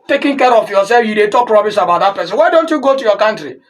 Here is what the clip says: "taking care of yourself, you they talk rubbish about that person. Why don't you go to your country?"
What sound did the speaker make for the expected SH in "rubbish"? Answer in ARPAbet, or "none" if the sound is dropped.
S